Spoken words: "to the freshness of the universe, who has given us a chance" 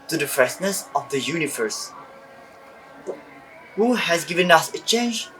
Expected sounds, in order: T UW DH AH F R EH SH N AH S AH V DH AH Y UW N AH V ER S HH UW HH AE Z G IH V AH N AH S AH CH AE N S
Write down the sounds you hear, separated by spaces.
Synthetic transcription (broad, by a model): T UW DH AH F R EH S N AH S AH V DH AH Y UW N AH V ER S HH UW HH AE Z G IH V AH N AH S AH CH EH N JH